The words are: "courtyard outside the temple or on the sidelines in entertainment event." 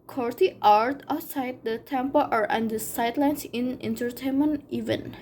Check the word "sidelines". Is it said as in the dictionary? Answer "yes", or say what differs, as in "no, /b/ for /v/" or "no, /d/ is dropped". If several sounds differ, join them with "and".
no, /s/ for /z/